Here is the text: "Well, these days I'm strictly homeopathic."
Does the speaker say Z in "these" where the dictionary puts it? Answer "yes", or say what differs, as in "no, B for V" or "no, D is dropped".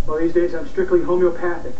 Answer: yes